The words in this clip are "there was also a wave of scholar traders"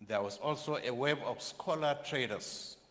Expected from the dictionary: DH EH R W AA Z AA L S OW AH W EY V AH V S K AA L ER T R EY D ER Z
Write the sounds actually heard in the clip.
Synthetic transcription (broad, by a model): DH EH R W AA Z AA L S OW AH W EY B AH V S K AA L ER T R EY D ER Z